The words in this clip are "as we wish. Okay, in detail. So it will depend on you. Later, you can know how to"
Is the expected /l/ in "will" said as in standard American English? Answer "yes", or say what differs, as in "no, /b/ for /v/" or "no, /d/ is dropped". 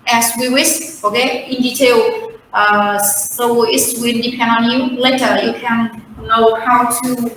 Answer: no, /n/ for /l/